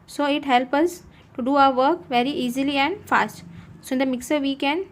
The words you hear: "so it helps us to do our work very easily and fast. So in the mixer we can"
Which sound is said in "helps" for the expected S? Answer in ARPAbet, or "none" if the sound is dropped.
none